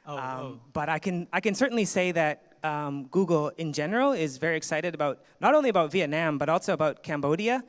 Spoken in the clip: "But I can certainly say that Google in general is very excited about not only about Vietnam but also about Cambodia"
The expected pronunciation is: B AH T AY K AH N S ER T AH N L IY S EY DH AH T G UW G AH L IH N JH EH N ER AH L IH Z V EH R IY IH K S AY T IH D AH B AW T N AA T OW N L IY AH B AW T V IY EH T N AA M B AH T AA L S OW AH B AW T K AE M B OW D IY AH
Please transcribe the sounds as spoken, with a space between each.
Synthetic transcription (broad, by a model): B AH T AY K AH N S ER T N L IY S EY DH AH T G UW G L IH N JH EH N ER L IH Z V EH R IY IH K S AY T IH D AH B AW T N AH T OW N L IY AH B AW T V IY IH T N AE M B AH T AA L S OW AH B AW T K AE M B OW D IY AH